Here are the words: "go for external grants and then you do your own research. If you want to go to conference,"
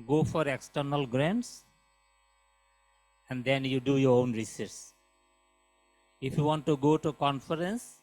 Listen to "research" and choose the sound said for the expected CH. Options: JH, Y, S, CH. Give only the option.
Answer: S